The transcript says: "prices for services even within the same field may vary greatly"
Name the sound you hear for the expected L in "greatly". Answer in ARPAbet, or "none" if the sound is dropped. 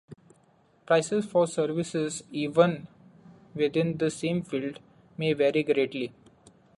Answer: L